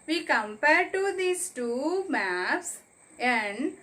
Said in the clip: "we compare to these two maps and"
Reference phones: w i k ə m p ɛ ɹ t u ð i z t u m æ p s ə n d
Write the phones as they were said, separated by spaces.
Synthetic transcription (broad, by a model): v i k ə m p ɛ ɹ t u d i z t u m æ p s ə n d